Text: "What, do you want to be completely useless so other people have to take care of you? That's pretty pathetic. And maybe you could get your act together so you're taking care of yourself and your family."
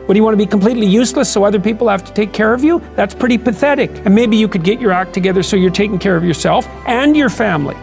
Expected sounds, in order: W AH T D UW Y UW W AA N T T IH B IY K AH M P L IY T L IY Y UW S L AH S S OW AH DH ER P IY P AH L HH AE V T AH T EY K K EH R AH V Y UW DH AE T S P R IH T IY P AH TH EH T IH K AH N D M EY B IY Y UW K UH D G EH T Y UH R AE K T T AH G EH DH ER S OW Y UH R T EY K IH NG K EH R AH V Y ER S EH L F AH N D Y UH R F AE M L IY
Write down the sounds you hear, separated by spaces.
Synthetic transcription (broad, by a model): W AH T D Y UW W AA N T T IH B IY K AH M P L IY T L IY Y UW S L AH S S OW AH DH ER P IY P L HH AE F T AH T EY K K EH R AH V Y UW DH AE T S P R IH T IY P AH TH EH T IH K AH N M EY B IY Y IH K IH D G EH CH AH R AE K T T AH G EH DH ER S OW Y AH R T EY K IH NG K EH R AH V Y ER S EH L F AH N Y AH R F AE M L IY